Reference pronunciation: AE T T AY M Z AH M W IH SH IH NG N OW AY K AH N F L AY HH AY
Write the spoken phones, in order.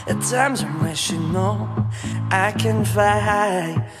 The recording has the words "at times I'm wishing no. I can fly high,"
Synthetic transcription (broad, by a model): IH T T AY M Z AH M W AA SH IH N OW AY K AH N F AY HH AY